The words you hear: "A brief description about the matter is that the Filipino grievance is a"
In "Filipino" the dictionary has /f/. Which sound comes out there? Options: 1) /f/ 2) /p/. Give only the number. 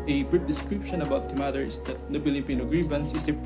2